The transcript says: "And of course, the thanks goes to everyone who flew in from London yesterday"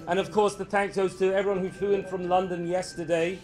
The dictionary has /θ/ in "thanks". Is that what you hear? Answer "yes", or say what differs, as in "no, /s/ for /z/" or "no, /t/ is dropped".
yes